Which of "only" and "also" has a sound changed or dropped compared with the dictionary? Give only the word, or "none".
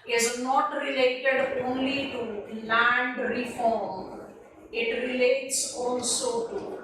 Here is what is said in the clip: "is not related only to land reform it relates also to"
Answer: also